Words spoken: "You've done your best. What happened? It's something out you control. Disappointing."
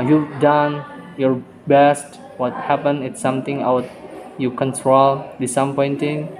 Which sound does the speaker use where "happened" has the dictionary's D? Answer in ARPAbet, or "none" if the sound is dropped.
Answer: none